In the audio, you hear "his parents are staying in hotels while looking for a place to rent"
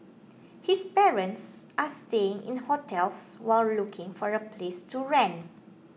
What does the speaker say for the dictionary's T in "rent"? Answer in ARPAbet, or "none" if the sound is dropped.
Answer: none